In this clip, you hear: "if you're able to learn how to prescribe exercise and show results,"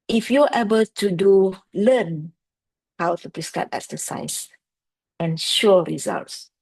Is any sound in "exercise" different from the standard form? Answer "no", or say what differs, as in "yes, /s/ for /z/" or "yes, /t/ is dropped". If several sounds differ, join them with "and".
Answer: yes, /s/ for /z/